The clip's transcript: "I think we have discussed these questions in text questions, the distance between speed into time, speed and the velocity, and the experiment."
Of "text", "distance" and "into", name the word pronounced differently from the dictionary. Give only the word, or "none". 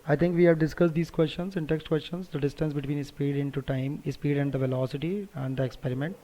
none